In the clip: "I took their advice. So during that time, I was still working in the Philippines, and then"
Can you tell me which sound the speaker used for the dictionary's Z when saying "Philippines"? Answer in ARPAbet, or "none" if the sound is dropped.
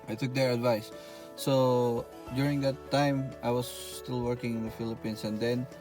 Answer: S